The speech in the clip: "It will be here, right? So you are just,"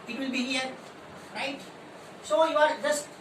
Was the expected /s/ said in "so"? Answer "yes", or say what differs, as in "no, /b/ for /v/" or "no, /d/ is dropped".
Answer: yes